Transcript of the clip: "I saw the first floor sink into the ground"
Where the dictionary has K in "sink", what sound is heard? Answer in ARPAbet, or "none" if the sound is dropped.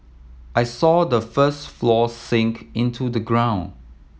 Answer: K